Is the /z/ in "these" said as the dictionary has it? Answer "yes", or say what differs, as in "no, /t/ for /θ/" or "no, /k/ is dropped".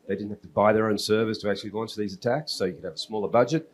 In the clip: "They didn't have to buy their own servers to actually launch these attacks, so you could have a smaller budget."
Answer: yes